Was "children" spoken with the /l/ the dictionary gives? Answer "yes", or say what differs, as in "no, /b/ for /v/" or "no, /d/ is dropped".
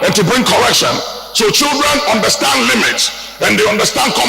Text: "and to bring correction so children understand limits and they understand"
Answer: yes